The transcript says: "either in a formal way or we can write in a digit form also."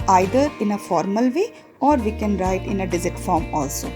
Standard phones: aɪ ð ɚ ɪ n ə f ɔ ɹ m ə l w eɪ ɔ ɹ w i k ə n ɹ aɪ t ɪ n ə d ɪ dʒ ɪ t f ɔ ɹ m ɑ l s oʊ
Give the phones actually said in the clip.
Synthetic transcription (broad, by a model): aɪ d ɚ ɪ n ə f ɔ ɹ m ə l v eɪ ɔ ɹ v i k ə n ɹ aɪ t ɪ n ə d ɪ z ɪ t f ɔ ɹ m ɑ l s oʊ